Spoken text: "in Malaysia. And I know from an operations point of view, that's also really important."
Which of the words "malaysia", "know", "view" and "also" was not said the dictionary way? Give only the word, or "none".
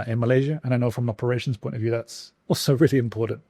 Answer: none